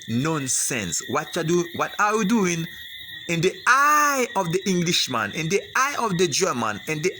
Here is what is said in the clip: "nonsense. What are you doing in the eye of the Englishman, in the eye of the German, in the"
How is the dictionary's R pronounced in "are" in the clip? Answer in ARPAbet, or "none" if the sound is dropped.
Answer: W